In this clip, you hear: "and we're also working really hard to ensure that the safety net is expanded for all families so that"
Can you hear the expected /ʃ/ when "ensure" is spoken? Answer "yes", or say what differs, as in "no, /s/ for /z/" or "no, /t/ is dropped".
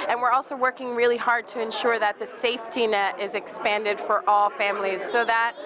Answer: yes